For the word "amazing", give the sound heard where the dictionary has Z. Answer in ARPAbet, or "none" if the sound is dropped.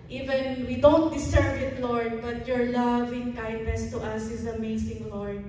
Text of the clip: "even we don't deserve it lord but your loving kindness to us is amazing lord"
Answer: S